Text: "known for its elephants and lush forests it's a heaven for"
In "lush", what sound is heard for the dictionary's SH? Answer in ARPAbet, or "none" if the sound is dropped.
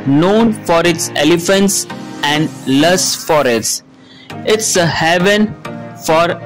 S